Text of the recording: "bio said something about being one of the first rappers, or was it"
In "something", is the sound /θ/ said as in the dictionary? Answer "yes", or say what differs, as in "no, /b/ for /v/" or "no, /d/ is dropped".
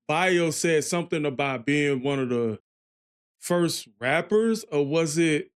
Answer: yes